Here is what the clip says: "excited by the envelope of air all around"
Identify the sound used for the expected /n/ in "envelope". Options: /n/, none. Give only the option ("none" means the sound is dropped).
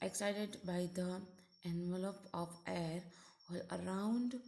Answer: /n/